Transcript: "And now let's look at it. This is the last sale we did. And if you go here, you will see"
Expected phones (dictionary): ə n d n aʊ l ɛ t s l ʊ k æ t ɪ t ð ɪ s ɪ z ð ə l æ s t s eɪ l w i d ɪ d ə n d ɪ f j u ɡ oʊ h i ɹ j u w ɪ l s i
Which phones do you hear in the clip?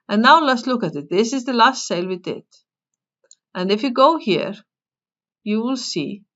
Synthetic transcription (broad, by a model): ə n n aʊ l ɛ t s l ʊ k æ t ɪ t ð ɪ s ɪ z ð ə l æ s t s eɪ l w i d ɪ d ə n d ɪ f j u ɡ oʊ h i ɹ j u w ɪ l s i